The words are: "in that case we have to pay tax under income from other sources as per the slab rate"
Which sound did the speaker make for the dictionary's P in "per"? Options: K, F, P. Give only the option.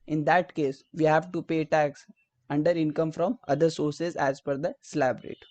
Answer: F